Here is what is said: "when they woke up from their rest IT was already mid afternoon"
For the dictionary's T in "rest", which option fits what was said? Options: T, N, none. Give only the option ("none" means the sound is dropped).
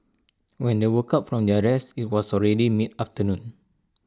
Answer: none